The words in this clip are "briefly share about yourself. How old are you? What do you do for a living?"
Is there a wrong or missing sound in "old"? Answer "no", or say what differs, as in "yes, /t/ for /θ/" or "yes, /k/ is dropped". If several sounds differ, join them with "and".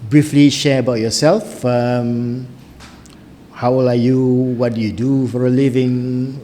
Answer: yes, /d/ is dropped